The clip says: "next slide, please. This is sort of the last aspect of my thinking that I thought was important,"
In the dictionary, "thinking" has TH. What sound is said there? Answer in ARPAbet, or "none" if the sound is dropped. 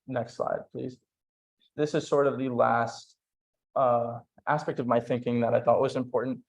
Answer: TH